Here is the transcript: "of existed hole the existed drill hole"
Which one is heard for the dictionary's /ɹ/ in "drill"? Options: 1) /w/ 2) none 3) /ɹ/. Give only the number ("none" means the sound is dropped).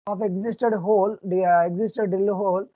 2